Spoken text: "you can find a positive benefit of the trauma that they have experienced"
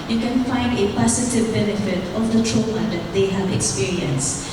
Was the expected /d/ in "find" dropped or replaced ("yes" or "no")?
no